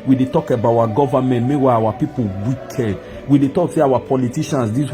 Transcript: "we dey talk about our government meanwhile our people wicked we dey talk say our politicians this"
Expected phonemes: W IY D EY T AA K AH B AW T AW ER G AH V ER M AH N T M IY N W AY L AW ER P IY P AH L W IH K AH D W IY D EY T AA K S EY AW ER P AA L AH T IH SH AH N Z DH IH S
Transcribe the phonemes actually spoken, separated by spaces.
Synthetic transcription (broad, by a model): W IY D EY T AA K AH B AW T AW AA G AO V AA M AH N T M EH W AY AW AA P IY P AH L W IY K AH D W IY D EY T AA K S EY AW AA P AA L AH T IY SH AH N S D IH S